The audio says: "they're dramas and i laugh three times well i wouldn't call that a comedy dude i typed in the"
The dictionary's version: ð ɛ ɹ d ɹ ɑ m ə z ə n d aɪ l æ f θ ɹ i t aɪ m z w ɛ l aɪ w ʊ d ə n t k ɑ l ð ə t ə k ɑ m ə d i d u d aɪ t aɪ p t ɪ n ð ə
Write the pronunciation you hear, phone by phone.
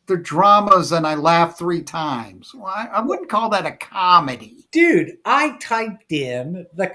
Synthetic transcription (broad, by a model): ð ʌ ɹ d ɹ ɑ m ə z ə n aɪ l æ f θ ɹ i t aɪ m z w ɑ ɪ aɪ w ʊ d n k ɑ l ð ə t ə k ɑ m ə d i d u d aɪ t aɪ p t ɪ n ð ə